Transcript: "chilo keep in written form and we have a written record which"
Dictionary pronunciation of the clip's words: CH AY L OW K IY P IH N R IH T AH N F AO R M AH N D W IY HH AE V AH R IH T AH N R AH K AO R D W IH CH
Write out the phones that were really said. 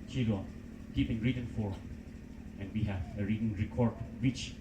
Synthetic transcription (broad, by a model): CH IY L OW K IY P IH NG R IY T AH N F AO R AH N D W IY HH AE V AH R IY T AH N R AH K AO R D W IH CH